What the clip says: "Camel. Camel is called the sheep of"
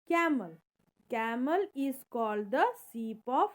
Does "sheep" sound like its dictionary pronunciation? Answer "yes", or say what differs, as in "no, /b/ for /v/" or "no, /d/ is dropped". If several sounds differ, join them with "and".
no, /s/ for /ʃ/